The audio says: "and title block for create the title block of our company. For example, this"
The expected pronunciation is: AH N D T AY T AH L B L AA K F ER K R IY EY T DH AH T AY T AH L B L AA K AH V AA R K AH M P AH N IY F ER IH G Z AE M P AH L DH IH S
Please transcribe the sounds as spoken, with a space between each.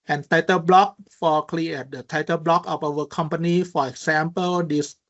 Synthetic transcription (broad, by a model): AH N T AY T AH L B L AA K F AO K L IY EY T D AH T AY T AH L B L AA K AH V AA W K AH M P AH N IY F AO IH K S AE M P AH L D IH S